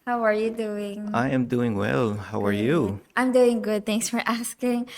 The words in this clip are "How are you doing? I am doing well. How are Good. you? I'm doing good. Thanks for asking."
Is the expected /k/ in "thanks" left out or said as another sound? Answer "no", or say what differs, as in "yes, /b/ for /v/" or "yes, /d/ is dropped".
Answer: yes, /k/ is dropped